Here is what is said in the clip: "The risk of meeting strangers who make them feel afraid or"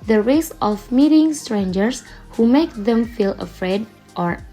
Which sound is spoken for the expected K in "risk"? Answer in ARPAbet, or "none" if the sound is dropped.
none